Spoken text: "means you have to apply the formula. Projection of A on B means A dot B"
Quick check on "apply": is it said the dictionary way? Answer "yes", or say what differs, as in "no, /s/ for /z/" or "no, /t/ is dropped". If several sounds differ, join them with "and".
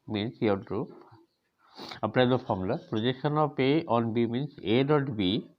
no, /n/ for /l/